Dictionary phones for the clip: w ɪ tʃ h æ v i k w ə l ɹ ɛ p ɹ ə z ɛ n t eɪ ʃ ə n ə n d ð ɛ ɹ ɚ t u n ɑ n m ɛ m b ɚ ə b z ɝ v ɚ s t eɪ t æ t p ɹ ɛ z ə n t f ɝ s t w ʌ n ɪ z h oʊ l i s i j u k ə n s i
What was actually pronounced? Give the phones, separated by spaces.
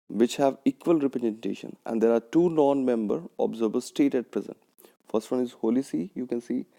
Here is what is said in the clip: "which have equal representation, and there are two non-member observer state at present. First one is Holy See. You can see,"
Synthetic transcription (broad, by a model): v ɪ tʃ h æ v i k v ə l ɹ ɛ p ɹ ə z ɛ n t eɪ ʃ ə n ə n d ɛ ɹ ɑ t u n ɑ n m ɛ m b ɚ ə b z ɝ b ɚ s t eɪ t æ t p ɹ ɛ z ə n t f ɝ s t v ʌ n ɪ z h oʊ l i s i j u k ə n s i